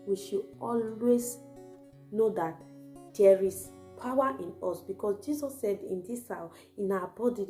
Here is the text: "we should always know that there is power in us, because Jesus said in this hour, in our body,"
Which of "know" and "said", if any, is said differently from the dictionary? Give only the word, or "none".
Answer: none